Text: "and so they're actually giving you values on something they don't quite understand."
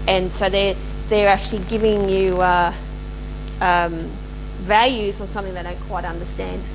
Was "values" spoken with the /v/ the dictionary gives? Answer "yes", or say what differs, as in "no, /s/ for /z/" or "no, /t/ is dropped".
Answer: yes